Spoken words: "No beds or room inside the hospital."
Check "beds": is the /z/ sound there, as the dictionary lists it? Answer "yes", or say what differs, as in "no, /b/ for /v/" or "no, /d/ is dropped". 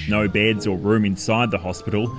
yes